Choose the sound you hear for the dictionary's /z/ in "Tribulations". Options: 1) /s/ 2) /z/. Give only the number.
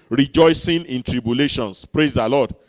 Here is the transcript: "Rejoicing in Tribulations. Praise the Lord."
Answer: 1